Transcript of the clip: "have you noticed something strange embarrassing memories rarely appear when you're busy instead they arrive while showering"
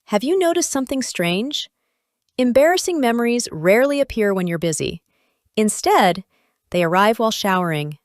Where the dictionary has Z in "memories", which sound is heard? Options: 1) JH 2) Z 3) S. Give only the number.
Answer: 2